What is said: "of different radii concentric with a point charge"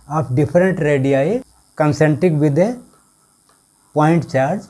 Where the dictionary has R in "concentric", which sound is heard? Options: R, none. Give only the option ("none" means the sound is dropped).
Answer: none